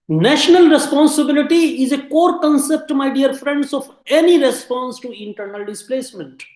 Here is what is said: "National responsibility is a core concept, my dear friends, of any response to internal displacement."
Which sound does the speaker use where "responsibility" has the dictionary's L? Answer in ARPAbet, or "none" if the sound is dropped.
L